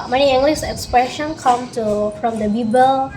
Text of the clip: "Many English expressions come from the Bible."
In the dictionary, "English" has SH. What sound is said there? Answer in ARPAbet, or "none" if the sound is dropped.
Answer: S